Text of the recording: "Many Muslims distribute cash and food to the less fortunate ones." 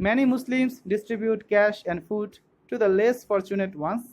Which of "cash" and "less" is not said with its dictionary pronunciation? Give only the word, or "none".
none